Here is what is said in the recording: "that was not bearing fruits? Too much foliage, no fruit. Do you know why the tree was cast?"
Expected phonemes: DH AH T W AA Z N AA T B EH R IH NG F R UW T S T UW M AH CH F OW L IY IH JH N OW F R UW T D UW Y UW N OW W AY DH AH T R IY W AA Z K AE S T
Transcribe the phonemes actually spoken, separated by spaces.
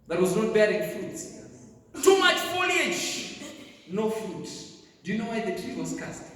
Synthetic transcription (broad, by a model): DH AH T W AA Z N AA T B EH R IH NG F UW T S T UW M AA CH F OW L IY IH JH N OW F UW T D UW Y UW N OW W AY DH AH T R IY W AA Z K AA S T